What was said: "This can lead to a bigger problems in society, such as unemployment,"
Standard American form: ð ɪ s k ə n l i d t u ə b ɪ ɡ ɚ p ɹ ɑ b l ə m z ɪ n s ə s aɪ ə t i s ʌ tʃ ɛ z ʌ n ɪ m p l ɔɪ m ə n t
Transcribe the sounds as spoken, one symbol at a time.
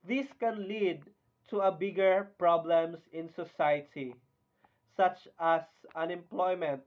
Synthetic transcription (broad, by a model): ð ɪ s k ə n l i d t u ə b ɪ ɡ ɚ p ɹ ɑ b l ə m s ɪ n s ə s aɪ ə t i s ʌ tʃ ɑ s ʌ n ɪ m p l ɔɪ m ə n t